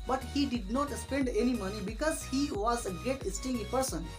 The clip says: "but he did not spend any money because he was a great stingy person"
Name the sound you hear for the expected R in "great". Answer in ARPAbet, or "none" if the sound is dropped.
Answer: none